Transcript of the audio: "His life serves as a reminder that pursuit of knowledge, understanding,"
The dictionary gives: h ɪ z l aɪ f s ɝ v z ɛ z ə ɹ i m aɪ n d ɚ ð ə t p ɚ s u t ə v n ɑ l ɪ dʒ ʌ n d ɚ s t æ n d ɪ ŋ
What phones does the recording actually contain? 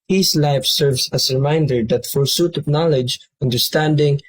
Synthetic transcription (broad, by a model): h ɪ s l aɪ f s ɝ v s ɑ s ɹ i m aɪ n d ɚ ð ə t f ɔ s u t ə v n ɑ l ɪ dʒ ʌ n d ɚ s t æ n d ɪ ŋ